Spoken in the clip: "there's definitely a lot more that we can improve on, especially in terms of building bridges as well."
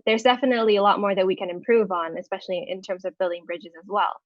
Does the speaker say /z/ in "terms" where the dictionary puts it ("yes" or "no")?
yes